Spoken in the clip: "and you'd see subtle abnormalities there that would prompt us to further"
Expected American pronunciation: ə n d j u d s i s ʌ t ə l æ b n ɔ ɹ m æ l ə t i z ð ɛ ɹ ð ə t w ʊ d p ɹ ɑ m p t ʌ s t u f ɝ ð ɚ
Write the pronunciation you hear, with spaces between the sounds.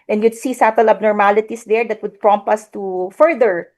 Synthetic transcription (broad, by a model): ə n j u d s i s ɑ t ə l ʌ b n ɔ ɹ m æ l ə t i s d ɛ ɹ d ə t w ʊ d p ɹ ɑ m p ʌ s t u f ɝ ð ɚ